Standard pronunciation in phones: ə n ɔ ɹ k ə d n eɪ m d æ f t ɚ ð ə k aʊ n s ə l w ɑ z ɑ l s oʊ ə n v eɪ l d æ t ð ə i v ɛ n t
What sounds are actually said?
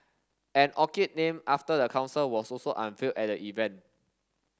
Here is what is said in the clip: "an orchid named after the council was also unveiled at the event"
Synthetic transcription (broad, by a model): ə n ɔ k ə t n eɪ m ɑ f t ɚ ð ə k aʊ n s ə l w ɑ s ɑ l s oʊ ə n f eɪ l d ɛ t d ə i v ɛ n t